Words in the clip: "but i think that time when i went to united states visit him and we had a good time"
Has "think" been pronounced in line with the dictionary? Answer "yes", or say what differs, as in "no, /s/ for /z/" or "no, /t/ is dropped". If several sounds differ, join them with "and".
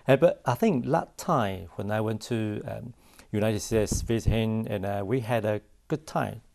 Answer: yes